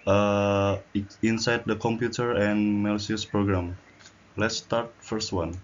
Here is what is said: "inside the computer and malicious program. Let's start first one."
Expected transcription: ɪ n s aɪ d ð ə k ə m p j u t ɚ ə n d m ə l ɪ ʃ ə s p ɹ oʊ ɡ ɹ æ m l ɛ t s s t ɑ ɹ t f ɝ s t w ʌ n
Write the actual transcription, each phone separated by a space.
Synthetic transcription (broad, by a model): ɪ n s aɪ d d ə k ə m p j u t ɚ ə n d m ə l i ə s p ɹ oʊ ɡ ɹ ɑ m l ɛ t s s t ɑ ɹ t f ɝ s t w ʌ n